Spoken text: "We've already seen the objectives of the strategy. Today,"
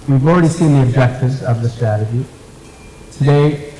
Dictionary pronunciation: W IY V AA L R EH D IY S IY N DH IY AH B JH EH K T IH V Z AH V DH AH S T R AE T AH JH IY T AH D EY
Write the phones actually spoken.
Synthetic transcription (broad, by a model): W IY V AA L R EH D IY S IY N DH IY AH B JH EH K T IH V Z AH V DH AH S T R AE T AH JH IY T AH D EY